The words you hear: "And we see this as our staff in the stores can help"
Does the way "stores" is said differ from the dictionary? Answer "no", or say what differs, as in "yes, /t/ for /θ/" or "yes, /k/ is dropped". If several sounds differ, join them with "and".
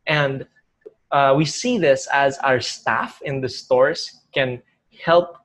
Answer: yes, /s/ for /z/